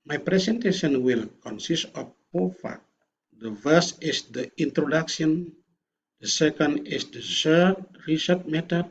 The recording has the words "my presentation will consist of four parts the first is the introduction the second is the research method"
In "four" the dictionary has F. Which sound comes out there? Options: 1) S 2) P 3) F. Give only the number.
2